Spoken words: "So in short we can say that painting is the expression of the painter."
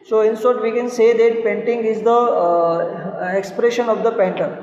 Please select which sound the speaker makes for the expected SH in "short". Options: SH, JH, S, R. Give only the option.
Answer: S